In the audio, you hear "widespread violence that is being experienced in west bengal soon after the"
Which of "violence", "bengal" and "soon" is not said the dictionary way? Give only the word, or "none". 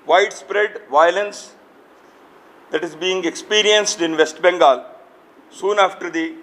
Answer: none